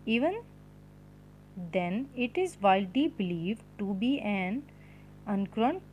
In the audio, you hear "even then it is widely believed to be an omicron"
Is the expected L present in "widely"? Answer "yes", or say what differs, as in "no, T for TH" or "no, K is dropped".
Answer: no, L is dropped